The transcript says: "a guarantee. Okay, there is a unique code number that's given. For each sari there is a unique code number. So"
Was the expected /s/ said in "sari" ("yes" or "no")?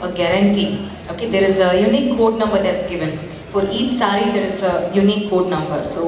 yes